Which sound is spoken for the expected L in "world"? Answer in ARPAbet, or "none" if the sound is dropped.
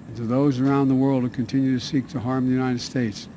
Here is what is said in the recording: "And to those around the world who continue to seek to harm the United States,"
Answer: L